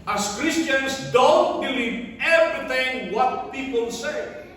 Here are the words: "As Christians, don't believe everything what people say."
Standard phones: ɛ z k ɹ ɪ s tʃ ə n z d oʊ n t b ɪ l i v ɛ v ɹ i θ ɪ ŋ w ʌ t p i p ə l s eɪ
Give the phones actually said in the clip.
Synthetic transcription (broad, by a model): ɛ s k ɹ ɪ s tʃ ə n s d oʊ n t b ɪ l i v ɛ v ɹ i t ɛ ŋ w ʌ t p i p ə l s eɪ